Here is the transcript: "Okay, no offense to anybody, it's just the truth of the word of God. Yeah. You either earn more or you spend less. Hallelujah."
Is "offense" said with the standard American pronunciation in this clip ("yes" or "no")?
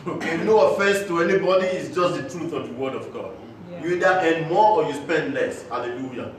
yes